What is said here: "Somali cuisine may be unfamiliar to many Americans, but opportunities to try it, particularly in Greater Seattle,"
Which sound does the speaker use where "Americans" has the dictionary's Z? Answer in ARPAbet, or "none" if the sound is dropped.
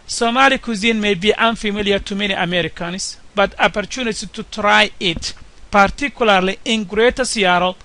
S